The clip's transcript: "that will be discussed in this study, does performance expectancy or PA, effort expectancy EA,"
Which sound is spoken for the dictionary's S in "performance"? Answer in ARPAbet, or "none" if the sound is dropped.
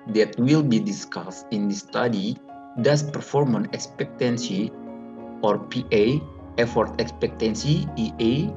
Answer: none